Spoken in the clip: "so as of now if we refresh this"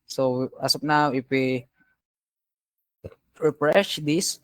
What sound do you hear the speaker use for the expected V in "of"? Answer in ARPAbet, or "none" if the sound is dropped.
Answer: P